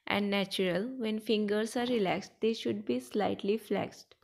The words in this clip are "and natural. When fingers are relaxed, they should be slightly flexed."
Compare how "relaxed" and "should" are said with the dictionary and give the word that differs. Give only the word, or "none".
none